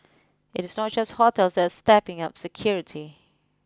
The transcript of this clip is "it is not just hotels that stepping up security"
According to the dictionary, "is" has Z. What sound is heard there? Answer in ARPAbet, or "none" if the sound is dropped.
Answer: S